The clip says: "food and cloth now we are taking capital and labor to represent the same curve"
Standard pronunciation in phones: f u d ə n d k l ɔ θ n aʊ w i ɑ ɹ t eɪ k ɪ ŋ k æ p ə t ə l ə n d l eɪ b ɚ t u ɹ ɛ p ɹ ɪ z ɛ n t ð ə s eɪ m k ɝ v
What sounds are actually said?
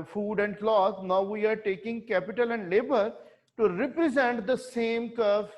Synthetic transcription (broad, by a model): f u d ə n d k l ɔ s n aʊ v i ɑ ɹ t eɪ k ɪ ŋ k æ p ə t ə l ə n d l eɪ b ɚ t u ɹ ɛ p ɹ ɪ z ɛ n t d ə s eɪ m k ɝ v